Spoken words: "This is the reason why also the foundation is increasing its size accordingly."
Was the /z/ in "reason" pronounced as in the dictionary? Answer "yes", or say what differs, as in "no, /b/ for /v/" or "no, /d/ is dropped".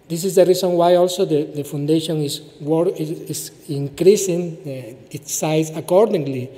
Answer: no, /s/ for /z/